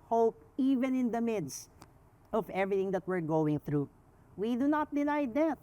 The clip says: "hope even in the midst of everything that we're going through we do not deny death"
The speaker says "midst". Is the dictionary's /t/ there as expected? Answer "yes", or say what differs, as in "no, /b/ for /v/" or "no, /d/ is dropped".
yes